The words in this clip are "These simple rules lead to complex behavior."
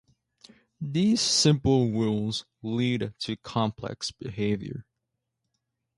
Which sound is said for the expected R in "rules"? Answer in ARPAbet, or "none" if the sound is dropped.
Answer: W